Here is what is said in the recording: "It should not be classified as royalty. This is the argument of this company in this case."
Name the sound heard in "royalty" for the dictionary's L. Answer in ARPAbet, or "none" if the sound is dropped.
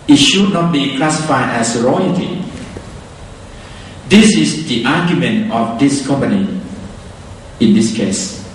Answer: none